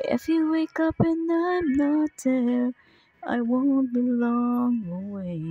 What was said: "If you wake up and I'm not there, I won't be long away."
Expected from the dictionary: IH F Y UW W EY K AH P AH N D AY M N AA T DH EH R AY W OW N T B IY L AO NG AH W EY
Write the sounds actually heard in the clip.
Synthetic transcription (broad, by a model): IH F Y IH W EY K AH P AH N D AY M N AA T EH L AY W OW N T B IY L AO NG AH W EY